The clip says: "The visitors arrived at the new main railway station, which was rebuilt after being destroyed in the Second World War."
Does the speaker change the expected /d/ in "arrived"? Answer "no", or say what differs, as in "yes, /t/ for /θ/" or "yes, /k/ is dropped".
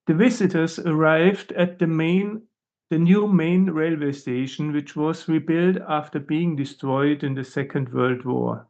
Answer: no